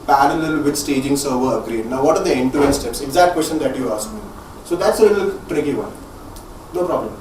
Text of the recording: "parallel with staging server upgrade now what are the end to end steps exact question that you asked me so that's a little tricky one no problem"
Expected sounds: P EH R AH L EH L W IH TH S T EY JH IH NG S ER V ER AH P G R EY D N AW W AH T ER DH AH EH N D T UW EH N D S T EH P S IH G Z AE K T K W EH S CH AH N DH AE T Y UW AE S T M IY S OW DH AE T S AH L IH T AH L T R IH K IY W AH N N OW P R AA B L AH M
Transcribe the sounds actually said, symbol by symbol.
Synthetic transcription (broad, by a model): P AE R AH L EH L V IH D S T EY JH IH NG S ER V ER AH G R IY D N AW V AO T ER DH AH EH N T UW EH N S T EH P S IH G Z AE K T K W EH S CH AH N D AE T Y UW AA S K M IY S OW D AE T S AH L IH T AH L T R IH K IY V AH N N OW P R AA B L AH M